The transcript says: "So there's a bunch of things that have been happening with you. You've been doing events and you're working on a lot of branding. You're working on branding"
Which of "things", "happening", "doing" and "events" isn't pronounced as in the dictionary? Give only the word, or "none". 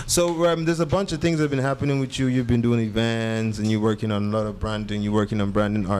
none